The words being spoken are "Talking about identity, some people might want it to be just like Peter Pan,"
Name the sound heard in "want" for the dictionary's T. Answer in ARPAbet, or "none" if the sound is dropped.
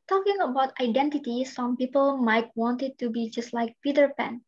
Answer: T